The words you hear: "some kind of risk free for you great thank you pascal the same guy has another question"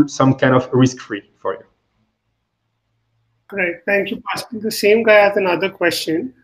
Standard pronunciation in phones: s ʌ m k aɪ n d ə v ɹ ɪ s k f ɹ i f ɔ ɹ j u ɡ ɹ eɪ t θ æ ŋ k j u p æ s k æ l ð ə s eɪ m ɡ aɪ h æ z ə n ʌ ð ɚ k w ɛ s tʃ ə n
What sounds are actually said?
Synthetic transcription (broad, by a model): s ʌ m k aɪ n d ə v ɹ ɪ s k f ɹ i f ɔ ɹ j u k ɹ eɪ t t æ ŋ k j u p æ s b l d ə s eɪ m ɡ aɪ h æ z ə n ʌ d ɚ k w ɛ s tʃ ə n